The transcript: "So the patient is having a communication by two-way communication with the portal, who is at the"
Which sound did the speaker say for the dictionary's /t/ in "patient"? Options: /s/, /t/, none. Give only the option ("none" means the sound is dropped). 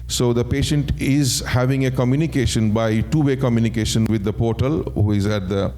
/t/